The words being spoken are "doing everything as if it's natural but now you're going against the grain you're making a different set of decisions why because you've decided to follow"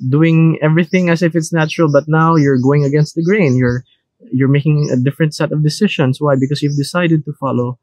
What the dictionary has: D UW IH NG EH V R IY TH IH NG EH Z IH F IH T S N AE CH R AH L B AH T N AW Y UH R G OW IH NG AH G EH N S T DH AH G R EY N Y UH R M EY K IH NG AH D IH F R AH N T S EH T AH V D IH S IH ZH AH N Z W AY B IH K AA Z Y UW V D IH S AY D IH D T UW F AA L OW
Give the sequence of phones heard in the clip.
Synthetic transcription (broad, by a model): D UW IH NG EH V R IY TH IH NG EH S IH F IH T S N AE CH R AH L B AH T N AW Y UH R G OW IH NG AH G EH N S T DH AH G R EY N Y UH R M EY K IH NG AH D IH F R AH N T S EH T AH V D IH S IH SH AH N S W AY B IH K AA S Y UW V D IH S AY D IH D T UW F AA L OW